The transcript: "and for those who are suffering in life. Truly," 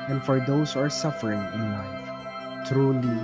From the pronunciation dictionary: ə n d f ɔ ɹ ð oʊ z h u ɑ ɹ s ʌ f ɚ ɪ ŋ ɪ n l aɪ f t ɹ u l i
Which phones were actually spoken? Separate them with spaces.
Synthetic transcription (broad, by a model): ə n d f ɔ ɹ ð oʊ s ɑ ɹ s ʌ f ɚ ɪ ŋ ɪ n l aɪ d t ɹ u l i